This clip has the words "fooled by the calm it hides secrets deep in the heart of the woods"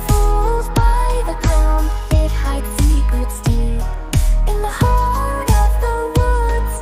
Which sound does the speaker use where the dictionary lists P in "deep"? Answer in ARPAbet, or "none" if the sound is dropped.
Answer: none